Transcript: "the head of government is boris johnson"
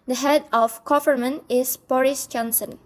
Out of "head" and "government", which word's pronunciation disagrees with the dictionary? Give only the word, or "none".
government